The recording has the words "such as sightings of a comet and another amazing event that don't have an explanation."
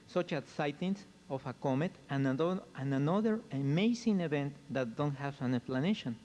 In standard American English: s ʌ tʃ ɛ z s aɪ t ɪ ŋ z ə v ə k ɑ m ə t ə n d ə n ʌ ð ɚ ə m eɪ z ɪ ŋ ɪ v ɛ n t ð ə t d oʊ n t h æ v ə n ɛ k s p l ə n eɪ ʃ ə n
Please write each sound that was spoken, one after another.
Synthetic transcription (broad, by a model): s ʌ tʃ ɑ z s aɪ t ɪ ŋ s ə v ə k ɑ m ə t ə n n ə n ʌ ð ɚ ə m eɪ s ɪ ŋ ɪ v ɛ n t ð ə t d oʊ n t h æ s ə n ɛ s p l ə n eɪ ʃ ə n